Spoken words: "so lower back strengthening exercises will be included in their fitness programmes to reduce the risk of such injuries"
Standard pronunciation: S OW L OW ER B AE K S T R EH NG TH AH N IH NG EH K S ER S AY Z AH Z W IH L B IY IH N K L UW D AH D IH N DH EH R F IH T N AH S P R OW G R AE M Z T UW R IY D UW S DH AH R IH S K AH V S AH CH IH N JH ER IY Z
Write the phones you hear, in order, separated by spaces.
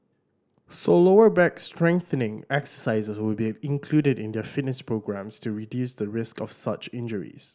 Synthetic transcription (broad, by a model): S OW L OW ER B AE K S T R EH NG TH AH N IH NG EH K S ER S AY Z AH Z W IH L B IY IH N K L UW D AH D IH N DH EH F IH T N AH S P R OW G R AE M S T UW R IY D UW S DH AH R IH S K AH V S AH CH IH N JH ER IY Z